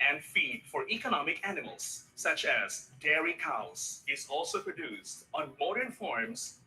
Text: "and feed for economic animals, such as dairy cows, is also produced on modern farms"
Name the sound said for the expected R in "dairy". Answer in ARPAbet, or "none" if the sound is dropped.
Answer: R